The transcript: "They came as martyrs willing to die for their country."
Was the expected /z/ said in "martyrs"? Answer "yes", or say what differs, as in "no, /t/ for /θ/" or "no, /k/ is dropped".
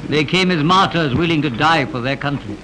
yes